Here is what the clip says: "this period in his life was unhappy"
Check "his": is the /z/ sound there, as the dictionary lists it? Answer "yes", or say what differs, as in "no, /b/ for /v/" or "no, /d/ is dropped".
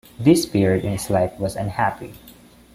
no, /s/ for /z/